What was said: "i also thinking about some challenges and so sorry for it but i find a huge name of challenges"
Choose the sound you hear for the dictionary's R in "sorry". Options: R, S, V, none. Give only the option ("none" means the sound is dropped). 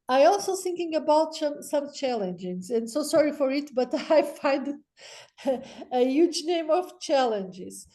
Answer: R